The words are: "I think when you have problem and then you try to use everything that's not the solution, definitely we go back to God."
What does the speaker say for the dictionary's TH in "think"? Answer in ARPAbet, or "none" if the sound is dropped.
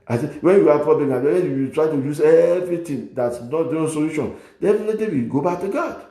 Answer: S